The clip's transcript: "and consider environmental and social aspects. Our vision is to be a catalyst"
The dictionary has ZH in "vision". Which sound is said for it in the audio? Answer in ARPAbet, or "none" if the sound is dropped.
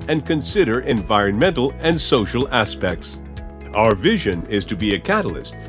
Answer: ZH